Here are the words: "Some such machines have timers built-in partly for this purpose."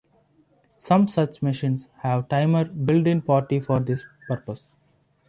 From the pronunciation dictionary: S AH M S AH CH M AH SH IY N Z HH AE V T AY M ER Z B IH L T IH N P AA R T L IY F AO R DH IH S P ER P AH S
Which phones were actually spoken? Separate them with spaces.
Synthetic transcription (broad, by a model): S AH M S AH CH M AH SH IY N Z HH AE V T AY M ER B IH L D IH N P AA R T IY F AO R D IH S P ER P AH S